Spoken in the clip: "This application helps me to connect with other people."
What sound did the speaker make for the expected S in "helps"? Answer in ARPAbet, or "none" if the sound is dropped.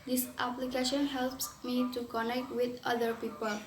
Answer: S